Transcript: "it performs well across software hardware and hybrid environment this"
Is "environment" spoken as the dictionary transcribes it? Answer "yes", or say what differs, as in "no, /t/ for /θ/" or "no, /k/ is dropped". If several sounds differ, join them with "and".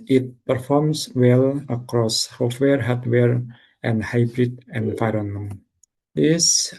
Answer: no, /m/ is dropped